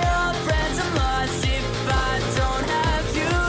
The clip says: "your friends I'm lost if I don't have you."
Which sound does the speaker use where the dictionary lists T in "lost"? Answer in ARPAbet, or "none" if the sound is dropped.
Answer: none